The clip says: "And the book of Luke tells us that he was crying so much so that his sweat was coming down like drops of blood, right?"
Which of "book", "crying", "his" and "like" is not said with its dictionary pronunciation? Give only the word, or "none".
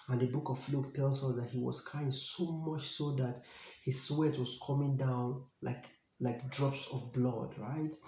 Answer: crying